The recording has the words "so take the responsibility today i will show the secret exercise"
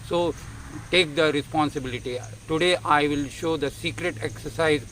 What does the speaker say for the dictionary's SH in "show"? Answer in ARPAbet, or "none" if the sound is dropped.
SH